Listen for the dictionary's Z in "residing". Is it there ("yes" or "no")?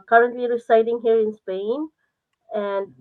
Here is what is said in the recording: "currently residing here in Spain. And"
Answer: no